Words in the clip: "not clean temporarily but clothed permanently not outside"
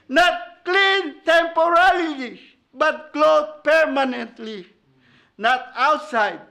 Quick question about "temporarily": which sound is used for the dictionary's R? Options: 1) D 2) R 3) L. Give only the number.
3